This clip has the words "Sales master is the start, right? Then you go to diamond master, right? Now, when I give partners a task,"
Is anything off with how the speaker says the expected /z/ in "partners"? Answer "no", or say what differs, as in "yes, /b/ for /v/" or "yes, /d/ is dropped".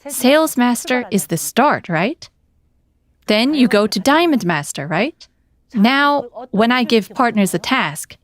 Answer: no